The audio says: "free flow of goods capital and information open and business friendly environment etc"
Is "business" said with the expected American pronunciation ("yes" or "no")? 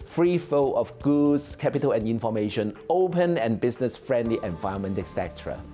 no